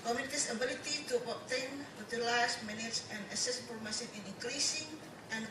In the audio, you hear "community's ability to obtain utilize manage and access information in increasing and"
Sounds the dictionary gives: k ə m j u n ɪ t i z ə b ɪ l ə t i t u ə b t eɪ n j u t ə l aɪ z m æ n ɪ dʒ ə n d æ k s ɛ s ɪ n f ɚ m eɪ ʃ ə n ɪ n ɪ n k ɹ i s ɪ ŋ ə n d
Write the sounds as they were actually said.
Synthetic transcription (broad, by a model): k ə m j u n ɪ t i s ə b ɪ l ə t i t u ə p t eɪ n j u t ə l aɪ s m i n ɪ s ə n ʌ s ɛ s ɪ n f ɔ m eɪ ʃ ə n ɪ n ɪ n k ɹ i s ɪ ŋ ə n